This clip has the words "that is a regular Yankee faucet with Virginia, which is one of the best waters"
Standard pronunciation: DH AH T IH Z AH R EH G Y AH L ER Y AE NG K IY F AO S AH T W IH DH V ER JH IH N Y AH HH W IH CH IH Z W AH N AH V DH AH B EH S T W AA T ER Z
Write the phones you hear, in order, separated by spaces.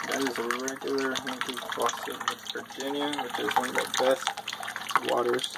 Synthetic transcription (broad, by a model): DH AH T IH Z AH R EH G Y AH L ER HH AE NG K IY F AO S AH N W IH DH B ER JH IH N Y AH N W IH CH IH Z W AH N AH V DH AH B EH S T W AA T ER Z